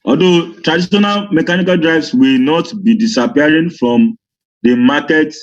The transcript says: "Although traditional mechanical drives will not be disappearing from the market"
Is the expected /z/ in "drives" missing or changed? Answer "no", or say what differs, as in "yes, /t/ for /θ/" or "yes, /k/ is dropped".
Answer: yes, /s/ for /z/